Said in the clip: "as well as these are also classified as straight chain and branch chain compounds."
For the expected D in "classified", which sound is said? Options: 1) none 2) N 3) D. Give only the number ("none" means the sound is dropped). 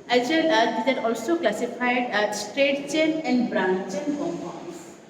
3